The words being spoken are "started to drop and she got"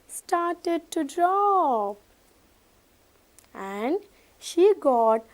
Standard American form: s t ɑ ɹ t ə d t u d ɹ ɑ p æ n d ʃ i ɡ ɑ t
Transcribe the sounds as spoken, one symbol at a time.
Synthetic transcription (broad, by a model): s t ɑ ɹ t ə d t u d ɹ ɑ p æ n d ʃ i ɡ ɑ t